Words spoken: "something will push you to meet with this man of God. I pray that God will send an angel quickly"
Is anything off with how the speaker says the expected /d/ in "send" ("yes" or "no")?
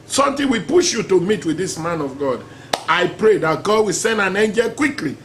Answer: no